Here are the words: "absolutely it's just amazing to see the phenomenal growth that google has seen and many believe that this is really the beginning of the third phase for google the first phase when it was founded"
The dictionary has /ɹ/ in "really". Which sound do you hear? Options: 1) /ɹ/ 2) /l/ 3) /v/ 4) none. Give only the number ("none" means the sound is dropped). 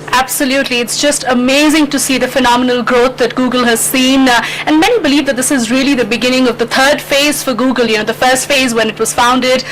1